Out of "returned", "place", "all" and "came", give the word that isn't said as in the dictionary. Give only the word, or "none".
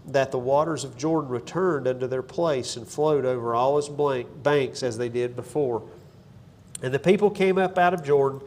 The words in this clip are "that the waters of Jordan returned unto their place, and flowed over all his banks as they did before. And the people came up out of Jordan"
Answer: none